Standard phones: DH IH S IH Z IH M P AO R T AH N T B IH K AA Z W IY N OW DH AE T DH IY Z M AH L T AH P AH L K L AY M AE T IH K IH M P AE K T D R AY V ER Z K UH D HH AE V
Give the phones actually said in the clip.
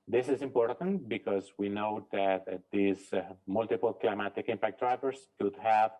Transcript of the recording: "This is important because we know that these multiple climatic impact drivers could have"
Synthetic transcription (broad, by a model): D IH S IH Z IH M P AO R T AH N T B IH K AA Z W IY N OW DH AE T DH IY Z M AH L T AH P AH L K L AY M AE T IH K IH M P AE K T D R AY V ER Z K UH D HH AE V